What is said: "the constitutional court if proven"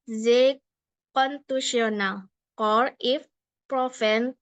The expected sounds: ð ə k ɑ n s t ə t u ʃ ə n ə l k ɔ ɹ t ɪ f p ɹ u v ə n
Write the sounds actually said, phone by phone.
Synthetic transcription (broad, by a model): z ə k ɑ n t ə s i ə n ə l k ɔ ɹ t ɪ f p ɹ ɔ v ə n